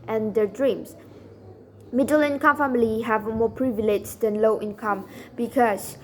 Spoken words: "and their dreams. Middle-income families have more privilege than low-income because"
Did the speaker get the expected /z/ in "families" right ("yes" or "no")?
no